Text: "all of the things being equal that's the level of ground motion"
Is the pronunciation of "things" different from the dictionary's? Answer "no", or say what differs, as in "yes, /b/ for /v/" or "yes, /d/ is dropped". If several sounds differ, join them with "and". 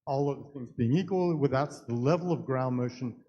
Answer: no